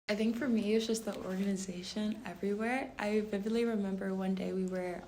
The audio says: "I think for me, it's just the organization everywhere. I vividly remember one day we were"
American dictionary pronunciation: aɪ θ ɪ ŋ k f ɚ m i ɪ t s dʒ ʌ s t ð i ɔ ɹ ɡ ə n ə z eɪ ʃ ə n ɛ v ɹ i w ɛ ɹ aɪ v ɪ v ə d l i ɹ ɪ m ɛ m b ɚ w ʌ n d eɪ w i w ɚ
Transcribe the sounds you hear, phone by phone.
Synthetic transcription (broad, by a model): aɪ θ ɪ ŋ k f ɚ m i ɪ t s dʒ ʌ s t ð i ɔ ɹ ɡ ə n ə z eɪ ʃ ə n ɛ v ɹ i w ɛ ɹ aɪ v ɪ v ə d l i ɹ ɪ m ɛ m b ɚ w ʌ n d eɪ w i w ɚ